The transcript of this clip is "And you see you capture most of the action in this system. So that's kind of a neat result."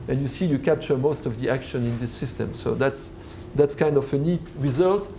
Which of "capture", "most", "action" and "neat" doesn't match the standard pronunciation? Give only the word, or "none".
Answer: capture